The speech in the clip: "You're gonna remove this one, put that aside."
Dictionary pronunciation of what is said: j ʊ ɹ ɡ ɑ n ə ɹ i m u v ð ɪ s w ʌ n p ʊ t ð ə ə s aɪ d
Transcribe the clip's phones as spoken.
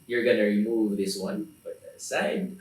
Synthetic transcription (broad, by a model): j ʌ ɹ ɡ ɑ n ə ɹ i m u v ð ɪ s w ʌ n b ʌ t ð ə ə s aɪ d